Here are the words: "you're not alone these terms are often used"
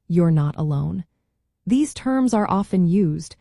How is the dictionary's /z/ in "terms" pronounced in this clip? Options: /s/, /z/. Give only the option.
/z/